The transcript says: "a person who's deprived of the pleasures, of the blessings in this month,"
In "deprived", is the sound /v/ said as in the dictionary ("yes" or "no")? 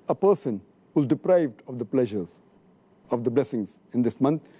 yes